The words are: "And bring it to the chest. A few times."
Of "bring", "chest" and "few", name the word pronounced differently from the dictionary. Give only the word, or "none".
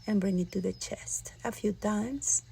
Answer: none